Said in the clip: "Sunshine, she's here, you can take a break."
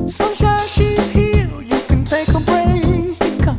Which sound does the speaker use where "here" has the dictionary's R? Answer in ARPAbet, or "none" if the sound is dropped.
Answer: L